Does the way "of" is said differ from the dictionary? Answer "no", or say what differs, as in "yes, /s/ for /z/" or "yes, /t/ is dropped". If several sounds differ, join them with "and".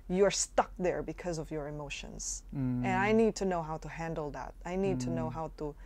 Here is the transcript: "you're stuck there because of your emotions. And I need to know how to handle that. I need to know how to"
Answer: no